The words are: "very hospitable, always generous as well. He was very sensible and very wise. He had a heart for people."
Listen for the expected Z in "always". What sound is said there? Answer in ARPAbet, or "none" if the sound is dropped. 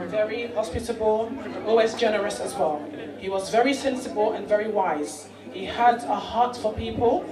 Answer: Z